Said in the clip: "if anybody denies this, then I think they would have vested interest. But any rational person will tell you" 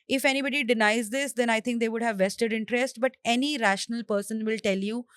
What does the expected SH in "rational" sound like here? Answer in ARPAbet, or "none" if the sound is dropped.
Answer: SH